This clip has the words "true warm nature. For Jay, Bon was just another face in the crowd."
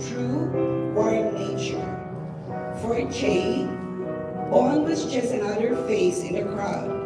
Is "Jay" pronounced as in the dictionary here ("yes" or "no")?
no